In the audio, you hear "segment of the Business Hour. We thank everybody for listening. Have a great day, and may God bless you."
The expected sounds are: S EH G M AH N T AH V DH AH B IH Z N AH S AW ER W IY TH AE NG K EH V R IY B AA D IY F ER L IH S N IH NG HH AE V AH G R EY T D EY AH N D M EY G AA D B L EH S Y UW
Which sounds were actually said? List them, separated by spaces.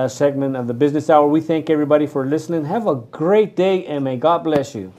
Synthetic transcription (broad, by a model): S EH G M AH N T AH V DH AH B IH Z N AH S AW ER W IY TH AE NG K EH V R IY B AA D IY F ER L IH S N IH NG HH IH V AH G R EY T D EY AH N M EY G AA D B L EH S Y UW